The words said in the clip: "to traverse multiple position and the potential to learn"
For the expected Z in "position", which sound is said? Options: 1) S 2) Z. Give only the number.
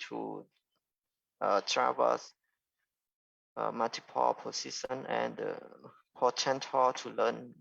1